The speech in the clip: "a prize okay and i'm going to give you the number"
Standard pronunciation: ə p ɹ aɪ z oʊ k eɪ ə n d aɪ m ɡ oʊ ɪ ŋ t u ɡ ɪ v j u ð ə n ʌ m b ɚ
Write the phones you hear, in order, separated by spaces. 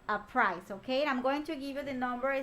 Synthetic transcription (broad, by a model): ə p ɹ aɪ s oʊ k eɪ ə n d aɪ m ɡ oʊ ɪ ŋ t u ɡ ɪ v j u ð ə n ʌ m b ɚ